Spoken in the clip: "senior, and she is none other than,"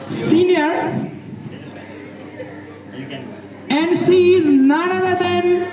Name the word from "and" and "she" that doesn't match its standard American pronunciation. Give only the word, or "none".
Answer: she